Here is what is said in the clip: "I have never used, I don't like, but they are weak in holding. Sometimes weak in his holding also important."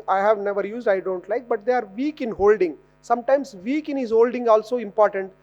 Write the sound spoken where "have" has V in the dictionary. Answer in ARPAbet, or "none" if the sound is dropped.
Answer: V